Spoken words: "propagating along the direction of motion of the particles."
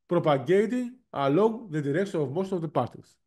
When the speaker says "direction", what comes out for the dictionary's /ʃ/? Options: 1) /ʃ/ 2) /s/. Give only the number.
2